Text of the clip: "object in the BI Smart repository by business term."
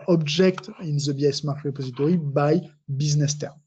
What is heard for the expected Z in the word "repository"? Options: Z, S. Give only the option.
Z